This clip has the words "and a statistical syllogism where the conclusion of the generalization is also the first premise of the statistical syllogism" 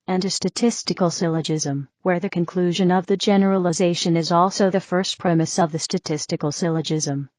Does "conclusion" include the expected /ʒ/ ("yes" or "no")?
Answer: yes